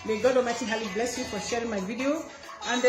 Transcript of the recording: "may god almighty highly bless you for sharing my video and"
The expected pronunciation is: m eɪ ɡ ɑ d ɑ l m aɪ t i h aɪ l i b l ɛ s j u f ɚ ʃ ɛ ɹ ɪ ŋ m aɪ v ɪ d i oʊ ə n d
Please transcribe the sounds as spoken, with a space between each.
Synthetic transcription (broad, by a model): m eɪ ɡ ɑ d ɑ m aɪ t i h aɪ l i b l ɛ s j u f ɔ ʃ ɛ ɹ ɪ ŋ m aɪ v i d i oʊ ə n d